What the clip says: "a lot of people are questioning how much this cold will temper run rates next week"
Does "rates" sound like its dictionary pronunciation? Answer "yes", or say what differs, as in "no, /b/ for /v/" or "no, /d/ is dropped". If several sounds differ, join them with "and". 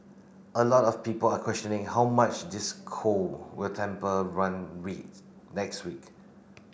no, /w/ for /ɹ/